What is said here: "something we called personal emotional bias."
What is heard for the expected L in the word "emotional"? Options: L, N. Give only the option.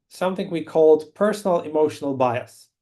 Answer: L